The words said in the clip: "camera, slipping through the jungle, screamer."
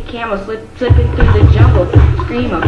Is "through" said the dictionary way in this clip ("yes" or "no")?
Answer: yes